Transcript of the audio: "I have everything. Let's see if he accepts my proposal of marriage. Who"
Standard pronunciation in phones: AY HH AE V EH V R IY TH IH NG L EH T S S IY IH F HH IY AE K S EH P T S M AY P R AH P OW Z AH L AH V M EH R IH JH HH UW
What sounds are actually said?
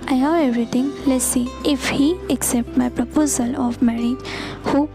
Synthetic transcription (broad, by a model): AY HH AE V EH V R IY T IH NG L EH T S S IY IH F HH IY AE K S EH P T M AY P R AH P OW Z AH L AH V M EH R IH JH HH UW